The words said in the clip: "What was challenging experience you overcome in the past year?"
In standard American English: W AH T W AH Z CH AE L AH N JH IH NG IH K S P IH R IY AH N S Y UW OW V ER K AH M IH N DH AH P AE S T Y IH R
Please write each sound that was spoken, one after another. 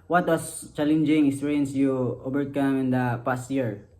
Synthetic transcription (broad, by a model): W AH T W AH S CH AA L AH N JH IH NG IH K S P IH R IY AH N S Y UW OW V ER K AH M IH N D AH P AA S T Y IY R